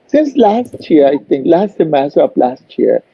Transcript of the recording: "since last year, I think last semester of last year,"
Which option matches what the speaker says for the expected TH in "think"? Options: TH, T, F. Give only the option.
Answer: T